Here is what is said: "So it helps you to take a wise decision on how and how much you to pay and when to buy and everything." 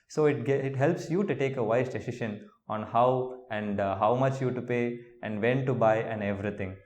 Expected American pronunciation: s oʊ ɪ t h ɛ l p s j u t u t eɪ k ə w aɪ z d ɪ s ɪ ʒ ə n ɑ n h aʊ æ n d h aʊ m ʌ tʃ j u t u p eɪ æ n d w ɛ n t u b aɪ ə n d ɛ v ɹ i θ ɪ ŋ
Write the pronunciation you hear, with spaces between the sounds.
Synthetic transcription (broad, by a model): s oʊ ɪ t h ɛ l p s j u t u t eɪ k ə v aɪ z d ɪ s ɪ ʃ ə n ɑ n h aʊ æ n d h aʊ m ʌ tʃ j u t u p eɪ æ n d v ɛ n t u b aɪ ə n d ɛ v ɹ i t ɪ ŋ